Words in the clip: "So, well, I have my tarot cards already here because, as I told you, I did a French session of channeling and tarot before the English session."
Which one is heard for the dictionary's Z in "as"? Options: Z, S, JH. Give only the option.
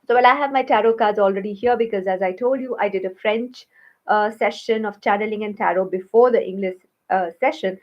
Z